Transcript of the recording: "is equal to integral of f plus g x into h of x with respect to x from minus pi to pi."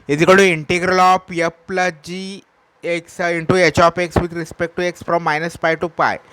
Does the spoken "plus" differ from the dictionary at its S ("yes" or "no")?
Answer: yes